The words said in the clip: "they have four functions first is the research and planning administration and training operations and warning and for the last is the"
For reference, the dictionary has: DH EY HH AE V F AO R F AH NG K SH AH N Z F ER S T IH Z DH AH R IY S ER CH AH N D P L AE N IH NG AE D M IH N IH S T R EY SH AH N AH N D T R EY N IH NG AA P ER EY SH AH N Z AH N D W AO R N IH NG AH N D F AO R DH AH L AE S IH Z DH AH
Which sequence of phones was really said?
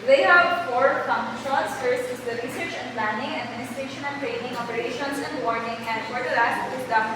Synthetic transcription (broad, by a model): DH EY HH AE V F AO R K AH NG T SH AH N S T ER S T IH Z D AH R IY S ER CH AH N P L AE N IH NG AE D M IH N IH S T R EY SH AH N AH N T R EY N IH NG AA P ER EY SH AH N S AH N D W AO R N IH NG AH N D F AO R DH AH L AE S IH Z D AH